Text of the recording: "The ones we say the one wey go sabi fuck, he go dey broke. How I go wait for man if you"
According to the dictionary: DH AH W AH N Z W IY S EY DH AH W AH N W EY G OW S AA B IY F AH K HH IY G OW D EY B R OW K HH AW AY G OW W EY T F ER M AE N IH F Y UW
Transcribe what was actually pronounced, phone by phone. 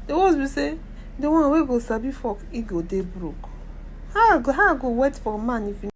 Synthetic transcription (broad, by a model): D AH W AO Z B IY S EY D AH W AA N W EY G OW S AA B IY F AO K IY G OW D EY B R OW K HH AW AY G OW W EY T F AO M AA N IH F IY